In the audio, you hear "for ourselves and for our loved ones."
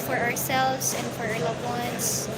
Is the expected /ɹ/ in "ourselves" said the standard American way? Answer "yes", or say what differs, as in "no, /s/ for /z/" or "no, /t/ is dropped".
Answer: yes